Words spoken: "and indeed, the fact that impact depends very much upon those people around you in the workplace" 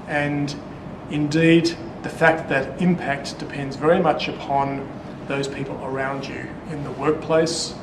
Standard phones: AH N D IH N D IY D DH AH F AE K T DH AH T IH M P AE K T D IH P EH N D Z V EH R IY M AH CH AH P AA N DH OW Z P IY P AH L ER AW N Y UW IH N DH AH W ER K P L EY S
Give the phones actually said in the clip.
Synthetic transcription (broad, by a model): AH N IH N D IY D DH AH F AE K T DH AH T IH M P AE K T D IH P EH N D Z V EH R IY M AH CH AH P AA N DH OW Z P IY P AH L ER AW N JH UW IH N DH AH W ER K P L EY S